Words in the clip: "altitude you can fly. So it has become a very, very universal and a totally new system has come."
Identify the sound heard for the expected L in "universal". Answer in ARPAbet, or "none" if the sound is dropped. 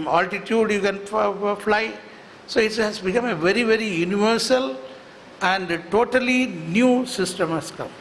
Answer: L